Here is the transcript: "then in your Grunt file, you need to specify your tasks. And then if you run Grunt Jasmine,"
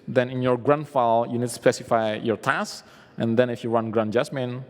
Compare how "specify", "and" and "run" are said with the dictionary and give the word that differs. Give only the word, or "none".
run